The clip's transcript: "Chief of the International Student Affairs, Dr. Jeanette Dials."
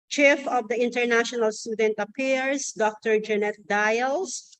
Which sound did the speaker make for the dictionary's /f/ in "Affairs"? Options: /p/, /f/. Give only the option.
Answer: /p/